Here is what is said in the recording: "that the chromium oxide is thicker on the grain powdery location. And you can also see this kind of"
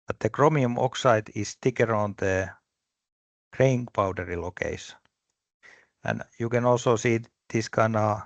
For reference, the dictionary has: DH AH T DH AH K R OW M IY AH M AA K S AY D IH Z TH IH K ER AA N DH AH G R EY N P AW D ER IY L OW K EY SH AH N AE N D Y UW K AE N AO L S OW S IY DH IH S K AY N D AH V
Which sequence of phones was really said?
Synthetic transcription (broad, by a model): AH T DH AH K R OW M IY AH M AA K S AY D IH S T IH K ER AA N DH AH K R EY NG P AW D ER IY L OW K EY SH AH N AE N Y UW K AE N AO L S OW S IY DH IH S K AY N AH